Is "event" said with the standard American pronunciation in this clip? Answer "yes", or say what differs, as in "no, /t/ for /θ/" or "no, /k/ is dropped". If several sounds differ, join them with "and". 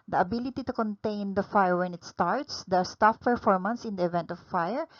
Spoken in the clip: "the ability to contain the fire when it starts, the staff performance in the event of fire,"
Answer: yes